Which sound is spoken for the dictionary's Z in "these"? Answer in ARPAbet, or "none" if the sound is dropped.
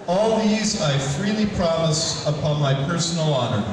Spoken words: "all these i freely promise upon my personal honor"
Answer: Z